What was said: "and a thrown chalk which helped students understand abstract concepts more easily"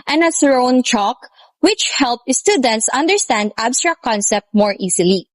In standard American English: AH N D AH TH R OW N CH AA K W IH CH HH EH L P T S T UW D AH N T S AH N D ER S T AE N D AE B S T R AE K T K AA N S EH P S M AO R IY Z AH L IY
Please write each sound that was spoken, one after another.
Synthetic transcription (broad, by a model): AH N AH S R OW N CH AA K W IH CH HH EH L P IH S T UW D AH N T S AH N D ER S T AE N D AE B S T R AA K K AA N S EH P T M AO R IY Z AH L IY